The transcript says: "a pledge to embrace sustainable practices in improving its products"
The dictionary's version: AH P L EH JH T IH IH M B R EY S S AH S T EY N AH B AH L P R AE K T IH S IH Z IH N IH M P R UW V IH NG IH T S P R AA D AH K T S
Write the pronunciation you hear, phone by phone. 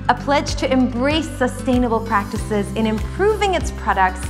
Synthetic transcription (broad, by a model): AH P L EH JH T IH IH M B R EY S S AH S T EY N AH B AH L P R AE K T IH S IH Z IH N IH M P R UW V IH NG IH T S P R AA D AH K T S